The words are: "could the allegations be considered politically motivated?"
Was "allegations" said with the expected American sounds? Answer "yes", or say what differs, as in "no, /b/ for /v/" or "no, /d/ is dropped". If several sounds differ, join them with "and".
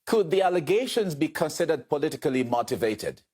yes